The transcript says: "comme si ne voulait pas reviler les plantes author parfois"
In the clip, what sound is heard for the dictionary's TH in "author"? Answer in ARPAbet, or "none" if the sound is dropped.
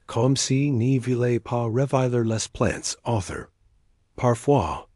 TH